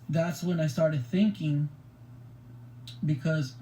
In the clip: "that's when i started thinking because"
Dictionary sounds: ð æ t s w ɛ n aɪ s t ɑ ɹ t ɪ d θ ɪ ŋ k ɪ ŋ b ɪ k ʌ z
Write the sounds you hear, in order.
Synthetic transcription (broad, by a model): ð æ t s w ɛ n aɪ s t ɑ ɹ t ɪ d θ ɪ ŋ k ɪ ŋ b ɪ k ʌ z